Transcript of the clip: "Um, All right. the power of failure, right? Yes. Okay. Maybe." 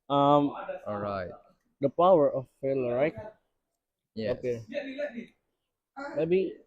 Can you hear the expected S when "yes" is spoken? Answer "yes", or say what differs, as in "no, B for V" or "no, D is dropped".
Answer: no, S is dropped